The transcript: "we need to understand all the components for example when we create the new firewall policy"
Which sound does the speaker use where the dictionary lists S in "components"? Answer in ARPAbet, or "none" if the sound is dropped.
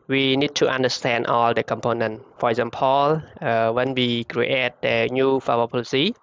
none